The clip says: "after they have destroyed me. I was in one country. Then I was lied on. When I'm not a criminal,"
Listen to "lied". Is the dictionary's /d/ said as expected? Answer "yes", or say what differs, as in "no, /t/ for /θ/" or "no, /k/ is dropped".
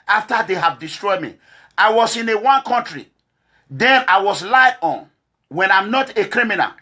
no, /d/ is dropped